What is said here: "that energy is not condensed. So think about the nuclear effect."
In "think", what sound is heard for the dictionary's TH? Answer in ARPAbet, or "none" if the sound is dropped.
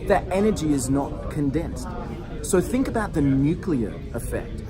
TH